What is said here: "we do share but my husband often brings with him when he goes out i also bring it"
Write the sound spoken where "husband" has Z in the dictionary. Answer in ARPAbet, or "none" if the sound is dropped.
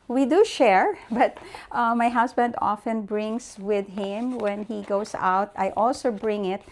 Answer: S